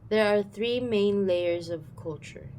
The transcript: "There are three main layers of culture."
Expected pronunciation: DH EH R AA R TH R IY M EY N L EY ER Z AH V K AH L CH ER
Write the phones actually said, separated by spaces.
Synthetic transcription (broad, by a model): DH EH R AA R TH R IY M EY N L EY ER Z AH V K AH L CH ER